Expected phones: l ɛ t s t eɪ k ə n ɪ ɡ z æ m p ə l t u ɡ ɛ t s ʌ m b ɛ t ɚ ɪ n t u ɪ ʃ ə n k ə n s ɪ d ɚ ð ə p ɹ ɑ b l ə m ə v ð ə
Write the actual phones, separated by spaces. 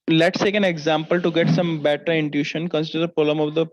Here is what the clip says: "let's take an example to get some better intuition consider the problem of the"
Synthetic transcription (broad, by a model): l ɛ t s t eɪ k ə n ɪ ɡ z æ m p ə l t u ɡ ɛ t s ʌ m b ɛ t ɚ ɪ n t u ʃ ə n k ə n s ɪ d ɚ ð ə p ɑ l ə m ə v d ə